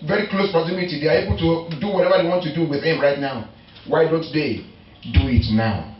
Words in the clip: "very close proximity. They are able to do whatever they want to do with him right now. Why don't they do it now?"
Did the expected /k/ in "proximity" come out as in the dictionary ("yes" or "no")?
no